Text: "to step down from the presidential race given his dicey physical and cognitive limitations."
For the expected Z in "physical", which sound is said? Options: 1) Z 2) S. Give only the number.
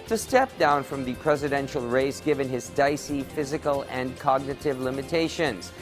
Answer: 1